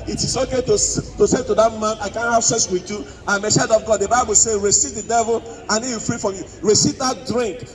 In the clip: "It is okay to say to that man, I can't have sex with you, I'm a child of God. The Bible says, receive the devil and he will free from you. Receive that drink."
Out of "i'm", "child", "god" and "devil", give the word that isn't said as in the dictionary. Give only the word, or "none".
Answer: child